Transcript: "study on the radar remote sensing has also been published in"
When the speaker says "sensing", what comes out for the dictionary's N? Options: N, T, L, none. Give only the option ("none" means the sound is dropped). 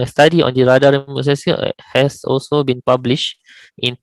none